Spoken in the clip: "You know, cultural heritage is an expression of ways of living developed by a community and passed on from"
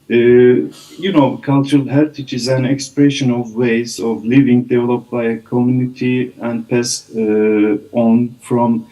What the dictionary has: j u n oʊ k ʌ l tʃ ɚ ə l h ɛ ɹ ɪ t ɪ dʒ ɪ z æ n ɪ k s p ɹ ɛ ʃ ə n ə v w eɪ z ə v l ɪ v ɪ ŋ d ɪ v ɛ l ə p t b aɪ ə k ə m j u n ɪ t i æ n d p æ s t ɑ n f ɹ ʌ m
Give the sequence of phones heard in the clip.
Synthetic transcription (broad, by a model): j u n oʊ k ʌ l tʃ ɚ ə l h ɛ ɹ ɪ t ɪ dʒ ɪ z æ n ɪ k s p ɹ ɛ ʃ ə n ə v w eɪ z ə v l ɪ v ɪ ŋ d ɪ v ɛ l ə p t b aɪ ə k ə m j u n ɪ t i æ n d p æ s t ɑ n f ɹ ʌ m